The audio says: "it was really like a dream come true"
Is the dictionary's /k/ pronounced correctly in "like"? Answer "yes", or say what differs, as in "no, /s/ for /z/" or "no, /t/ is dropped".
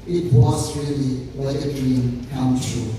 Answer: no, /k/ is dropped